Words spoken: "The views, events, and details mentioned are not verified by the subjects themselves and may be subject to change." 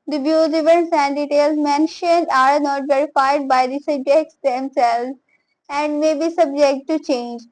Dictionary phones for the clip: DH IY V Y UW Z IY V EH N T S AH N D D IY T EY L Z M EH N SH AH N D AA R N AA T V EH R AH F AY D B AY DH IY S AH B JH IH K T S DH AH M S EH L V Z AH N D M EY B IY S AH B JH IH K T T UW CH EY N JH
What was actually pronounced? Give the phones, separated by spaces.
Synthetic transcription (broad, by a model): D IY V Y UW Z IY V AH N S AH N D D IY T EY L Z M EH N SH AH N D AA R N AA T V EH R AH F AY D B AY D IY S AH B JH IH K T S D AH M S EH L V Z AH N D M EY B IY S AH B JH IH K T T UW CH EY N JH